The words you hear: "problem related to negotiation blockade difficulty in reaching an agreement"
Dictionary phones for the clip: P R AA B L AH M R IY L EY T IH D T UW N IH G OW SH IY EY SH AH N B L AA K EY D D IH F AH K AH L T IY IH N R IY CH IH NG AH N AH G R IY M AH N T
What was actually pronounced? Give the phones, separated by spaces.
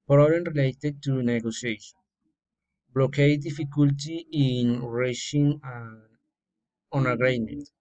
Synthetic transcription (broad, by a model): P R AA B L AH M R IY L EY T IH D T UW N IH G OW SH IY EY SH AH N B L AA K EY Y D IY F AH K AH L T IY IH N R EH SH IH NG AH N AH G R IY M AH N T